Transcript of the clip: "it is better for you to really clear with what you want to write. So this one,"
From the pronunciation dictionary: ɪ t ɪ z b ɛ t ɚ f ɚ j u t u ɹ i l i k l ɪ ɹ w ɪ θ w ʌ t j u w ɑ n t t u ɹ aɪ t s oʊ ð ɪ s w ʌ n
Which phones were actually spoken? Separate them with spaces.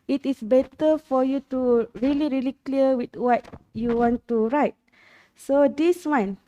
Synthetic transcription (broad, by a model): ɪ t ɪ s b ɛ t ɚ f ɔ j u t u ɹ i l i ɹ l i l w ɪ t w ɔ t j u w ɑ n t t u ɹ aɪ t s oʊ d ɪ s w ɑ n